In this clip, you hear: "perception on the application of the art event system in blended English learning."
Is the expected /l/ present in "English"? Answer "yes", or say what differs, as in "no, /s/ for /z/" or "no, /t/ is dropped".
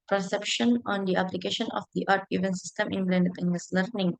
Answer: no, /l/ is dropped